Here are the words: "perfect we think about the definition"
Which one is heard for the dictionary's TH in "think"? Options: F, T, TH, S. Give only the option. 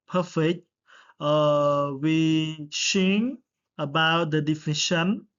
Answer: S